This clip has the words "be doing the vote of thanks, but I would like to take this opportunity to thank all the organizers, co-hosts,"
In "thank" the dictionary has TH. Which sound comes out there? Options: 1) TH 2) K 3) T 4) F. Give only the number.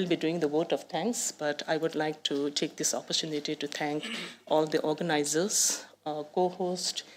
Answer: 3